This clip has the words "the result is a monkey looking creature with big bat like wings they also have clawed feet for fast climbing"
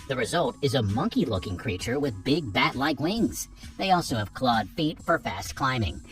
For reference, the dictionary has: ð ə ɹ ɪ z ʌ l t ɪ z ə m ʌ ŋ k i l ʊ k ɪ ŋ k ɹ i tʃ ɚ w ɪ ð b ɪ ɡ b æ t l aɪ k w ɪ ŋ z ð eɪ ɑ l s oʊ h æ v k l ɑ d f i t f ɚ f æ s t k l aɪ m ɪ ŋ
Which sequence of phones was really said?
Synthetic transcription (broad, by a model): ð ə ɹ ɪ z ʌ l t ɪ z ə m ʌ ŋ k i l ʊ k ɪ ŋ k ɹ i tʃ ɚ w ɪ ð b ɪ ɡ b æ t l aɪ k w ɪ ŋ z ð eɪ ɑ l s oʊ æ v k l ɑ d f i t f ɚ f æ s t k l aɪ m ɪ ŋ